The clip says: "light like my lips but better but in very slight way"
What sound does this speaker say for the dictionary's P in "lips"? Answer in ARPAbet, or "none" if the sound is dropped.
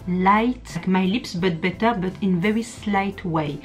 P